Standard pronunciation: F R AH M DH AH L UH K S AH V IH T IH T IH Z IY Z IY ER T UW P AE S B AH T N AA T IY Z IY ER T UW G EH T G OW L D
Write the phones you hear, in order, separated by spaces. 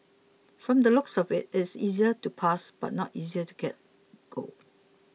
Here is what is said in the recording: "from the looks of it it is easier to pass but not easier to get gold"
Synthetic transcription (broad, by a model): F R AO M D AH L UH K S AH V IH T IH T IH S IY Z IY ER T UW P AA S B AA T N AA T IY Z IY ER T UW G EH T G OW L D